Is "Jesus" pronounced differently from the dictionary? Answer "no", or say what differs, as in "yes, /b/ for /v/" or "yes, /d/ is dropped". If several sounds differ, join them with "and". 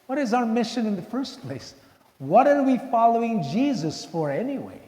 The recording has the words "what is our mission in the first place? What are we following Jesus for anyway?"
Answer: no